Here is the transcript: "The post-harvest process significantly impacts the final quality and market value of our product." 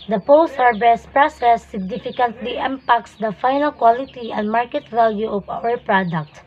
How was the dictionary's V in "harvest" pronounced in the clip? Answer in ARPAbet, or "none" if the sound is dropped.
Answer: B